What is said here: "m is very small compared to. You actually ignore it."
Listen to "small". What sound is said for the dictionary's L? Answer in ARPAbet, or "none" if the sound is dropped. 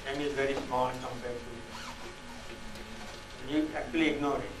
N